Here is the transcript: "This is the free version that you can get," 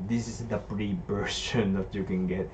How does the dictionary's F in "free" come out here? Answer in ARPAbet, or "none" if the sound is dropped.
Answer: P